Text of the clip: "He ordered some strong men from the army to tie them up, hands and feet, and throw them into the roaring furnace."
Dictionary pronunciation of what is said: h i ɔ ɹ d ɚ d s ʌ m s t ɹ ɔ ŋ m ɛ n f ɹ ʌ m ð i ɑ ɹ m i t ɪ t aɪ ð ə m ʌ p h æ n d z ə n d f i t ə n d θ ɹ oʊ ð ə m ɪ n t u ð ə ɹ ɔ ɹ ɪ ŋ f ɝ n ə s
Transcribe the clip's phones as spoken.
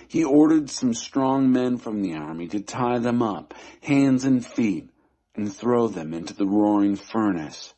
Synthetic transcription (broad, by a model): h i ɔ ɹ d ɚ d s ʌ m s t ɹ ɔ ŋ m ɛ n f ɹ ʌ m ð i ɑ ɹ m i t ɪ t aɪ ð ə m ʌ p h æ n d z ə n f i t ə n θ ɹ oʊ ð ə m ɪ n t u ð ə ɹ ɔ ɹ ɪ ŋ f ɝ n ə s